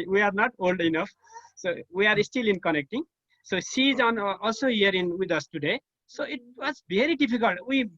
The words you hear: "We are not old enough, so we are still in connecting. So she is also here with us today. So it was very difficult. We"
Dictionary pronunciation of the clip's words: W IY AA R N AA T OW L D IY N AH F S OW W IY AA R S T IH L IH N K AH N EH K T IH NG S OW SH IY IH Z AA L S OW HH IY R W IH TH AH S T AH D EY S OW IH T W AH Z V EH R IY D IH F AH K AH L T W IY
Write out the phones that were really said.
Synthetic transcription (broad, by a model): W IY AA R N AA T OW L D IY N AH F S OW W IY AA R S T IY L IH N K AH N EH K T IH NG S OW S IY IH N AA L S OW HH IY R W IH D AH S T AH D EY S OW IH T W AH Z B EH R IY D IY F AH K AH L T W IY